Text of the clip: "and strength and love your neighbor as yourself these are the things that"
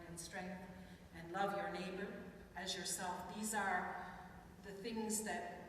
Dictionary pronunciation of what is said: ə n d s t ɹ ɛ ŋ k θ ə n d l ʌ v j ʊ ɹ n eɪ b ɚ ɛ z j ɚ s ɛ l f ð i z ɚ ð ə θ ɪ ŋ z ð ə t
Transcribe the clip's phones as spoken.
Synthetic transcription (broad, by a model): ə n s t ɹ ɛ ŋ k θ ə n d l ʌ v j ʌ ɹ n eɪ b ɚ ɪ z j ɚ s ɛ l f ð i z ɚ ð ə θ ɪ ŋ z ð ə t